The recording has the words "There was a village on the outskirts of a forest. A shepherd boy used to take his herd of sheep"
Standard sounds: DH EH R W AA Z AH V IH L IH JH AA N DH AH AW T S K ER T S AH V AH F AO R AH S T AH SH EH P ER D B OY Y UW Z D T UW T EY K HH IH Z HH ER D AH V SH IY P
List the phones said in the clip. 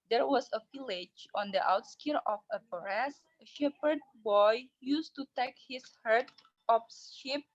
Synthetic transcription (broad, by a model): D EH R W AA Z AH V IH L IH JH AA N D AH AW T S K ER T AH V AH P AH R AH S AH SH EH P ER D B OY Y UW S T UW T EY K HH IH S HH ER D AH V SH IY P